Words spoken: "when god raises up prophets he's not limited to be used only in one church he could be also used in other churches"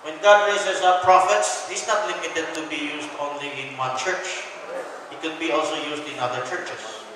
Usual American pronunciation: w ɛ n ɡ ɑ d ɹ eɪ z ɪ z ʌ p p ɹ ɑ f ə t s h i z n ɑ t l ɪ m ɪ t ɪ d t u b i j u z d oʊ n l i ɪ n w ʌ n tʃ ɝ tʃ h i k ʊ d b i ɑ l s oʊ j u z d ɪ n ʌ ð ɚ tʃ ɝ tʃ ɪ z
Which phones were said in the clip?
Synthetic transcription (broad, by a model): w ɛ n ɡ ɑ d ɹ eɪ s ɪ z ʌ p p ɹ ɑ f ə t s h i s n ɑ t l ɪ m ɪ t ɪ d t u b i j u s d oʊ n l i ɪ n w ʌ tʃ ɝ tʃ h i k ʊ d b i ɑ l s oʊ j u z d ɪ n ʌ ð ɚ tʃ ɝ tʃ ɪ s